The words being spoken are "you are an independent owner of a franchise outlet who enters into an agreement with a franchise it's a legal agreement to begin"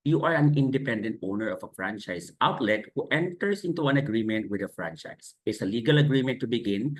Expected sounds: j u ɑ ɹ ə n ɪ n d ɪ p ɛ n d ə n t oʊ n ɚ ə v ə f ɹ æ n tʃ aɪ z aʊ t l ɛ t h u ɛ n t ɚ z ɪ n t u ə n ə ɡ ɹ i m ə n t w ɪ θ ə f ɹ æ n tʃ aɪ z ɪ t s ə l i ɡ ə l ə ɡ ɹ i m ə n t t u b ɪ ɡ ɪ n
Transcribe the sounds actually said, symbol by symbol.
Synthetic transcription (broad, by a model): j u ɑ ɹ ə n ɪ n d ɪ p ɛ n d ə n t oʊ n ɚ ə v ə f ɹ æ n tʃ aɪ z aʊ t l ɛ t h u ɛ n t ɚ s ɪ n t u ə n ə ɡ ɹ i m ə n t w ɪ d ə f ɹ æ n tʃ aɪ s ɪ t s ə l i ɡ ə l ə ɡ ɹ i m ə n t t u b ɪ ɡ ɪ n